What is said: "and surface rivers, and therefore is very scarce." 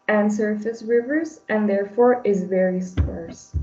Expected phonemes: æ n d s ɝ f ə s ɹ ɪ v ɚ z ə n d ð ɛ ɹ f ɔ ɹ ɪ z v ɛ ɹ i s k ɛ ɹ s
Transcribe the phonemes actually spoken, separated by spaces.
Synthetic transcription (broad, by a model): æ n s ɝ f ə s ɹ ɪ v ɚ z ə n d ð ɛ ɹ f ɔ ɹ ɪ z v ɛ ɹ i s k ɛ ɹ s